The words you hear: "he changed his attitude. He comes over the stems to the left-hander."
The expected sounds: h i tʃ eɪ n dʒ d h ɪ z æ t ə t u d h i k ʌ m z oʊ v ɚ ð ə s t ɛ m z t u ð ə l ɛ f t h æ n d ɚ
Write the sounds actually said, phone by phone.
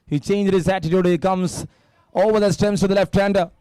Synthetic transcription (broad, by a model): h i tʃ eɪ n dʒ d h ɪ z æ t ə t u d h i k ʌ m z oʊ v ɚ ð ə s t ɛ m s t u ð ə l ɛ f t h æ n d